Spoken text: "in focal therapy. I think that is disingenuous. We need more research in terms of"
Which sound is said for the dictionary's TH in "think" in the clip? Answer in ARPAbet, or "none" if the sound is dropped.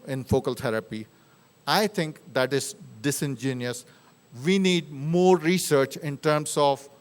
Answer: T